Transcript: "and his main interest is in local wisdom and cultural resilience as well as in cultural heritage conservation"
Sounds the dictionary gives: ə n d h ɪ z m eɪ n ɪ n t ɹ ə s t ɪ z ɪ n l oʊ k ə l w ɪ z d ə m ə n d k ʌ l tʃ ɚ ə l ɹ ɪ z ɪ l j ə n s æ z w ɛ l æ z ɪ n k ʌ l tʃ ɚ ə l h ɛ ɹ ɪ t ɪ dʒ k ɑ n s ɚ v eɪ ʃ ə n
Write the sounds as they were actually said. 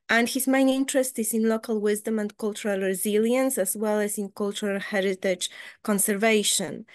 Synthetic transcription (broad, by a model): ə n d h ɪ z m eɪ n ɪ n t ɹ ə s t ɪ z ɪ n l oʊ k ə l w ɪ z d ə m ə n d k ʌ l tʃ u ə l ɹ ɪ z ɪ l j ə n s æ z w ɛ l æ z ɪ n k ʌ l tʃ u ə l h ɛ ɹ ɪ t ɪ dʒ k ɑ n s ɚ v eɪ ʃ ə n